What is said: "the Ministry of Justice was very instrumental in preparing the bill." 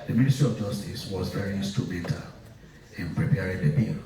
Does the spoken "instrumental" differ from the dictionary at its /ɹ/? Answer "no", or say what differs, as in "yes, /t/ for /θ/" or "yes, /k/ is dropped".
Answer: yes, /ɹ/ is dropped